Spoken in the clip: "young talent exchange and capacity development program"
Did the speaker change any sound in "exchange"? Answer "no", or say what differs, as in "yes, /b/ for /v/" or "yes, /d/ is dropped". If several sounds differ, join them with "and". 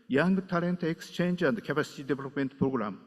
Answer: no